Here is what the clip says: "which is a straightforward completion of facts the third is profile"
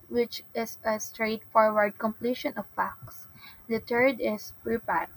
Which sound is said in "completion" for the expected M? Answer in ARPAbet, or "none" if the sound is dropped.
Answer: M